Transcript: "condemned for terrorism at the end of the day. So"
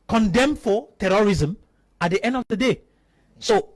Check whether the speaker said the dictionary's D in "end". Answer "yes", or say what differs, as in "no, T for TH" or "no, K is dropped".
yes